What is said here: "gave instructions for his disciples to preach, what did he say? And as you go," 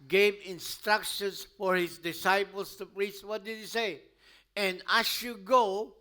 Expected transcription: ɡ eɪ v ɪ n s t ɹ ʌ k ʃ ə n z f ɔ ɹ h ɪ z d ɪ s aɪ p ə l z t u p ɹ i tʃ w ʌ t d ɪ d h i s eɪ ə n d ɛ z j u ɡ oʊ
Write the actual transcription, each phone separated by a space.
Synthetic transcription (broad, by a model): ɡ eɪ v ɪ n s t ɹ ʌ k ʃ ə n s f ɔ ɹ h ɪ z d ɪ s aɪ p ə l s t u p ɹ i s w ʌ t d ɪ d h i s eɪ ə n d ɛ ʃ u ɡ oʊ